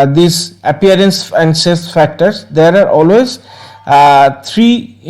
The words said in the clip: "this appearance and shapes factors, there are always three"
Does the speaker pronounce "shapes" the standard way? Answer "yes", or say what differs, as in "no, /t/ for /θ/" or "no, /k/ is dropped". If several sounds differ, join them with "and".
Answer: no, /s/ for /ʃ/ and /p/ is dropped